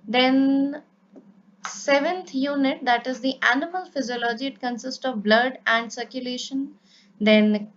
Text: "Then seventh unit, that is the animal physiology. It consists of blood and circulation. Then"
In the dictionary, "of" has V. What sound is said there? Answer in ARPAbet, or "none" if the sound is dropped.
V